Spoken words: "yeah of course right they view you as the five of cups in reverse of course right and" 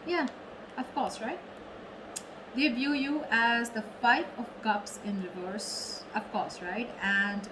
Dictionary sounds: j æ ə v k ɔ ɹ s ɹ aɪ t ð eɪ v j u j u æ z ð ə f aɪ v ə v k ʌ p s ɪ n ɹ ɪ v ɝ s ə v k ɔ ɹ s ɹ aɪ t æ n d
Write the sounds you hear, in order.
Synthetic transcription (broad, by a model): j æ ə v k ɔ ɹ s ɹ aɪ t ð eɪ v j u j u æ z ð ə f aɪ p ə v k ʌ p s ɪ n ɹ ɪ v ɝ s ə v k ɔ ɹ s ɹ aɪ t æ n d